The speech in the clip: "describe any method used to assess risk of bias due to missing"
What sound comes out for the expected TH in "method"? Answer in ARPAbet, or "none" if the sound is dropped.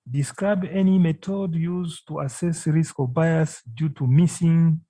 T